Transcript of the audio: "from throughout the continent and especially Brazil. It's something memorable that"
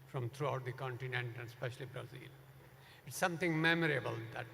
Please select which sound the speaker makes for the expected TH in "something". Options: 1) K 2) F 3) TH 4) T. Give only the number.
4